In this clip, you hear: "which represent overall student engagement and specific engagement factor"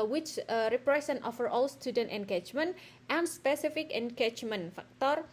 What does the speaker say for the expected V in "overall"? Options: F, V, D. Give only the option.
F